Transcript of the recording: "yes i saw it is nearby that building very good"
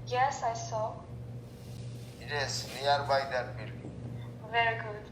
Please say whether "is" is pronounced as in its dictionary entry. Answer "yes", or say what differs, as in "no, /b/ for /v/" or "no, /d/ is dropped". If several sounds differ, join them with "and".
no, /s/ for /z/